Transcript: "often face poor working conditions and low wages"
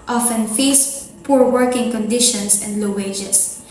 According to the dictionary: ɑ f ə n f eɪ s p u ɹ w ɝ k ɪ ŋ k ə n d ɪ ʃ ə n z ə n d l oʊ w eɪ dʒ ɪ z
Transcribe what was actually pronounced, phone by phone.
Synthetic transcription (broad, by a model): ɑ f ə n f eɪ s p u ɹ w ɝ k ɪ ŋ k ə n d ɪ ʃ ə n s ə n d l oʊ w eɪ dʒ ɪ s